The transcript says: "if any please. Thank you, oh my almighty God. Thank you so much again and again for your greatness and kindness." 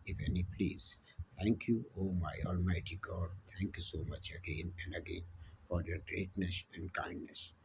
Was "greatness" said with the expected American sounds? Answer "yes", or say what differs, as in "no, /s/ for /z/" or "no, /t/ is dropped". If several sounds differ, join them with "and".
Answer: yes